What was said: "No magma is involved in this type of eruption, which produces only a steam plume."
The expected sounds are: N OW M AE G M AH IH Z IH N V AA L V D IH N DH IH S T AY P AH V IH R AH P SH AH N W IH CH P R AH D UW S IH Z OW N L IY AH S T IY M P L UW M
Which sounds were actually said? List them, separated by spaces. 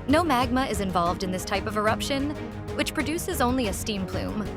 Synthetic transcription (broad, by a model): N OW M AE G M AH IH Z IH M V AA L V D IH N DH IH S T AY P AH V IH R AH P SH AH N W IH CH P R AH D UW S IH Z OW N L IY AH S T IY M P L UW M